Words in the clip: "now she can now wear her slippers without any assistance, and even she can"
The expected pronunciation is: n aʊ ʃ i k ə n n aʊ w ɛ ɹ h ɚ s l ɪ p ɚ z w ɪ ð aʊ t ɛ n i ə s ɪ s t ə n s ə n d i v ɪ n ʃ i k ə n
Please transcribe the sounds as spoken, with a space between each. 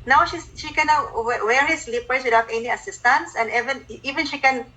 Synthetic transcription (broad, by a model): n aʊ ʃ i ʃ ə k n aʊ w ɛ ɹ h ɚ s l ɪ p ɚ s w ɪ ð aʊ t ɛ n i ə s ɪ s t ə n s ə n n i v ɪ n ʃ i k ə n